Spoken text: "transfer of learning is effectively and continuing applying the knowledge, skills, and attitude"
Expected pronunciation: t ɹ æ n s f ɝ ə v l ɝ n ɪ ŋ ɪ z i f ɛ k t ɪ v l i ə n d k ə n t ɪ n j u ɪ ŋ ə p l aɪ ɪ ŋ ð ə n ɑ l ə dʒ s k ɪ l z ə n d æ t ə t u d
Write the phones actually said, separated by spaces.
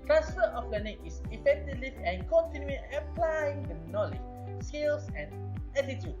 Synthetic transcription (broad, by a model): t ɹ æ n s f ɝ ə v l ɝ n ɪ ŋ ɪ s i f ɛ k t ɪ v l i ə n k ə n t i n j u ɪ ə p l aɪ ɪ ŋ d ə n ɑ l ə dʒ s k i l s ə n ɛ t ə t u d